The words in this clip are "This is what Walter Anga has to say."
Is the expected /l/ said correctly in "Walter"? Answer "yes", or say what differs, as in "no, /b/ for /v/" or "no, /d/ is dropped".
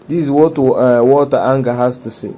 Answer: no, /l/ is dropped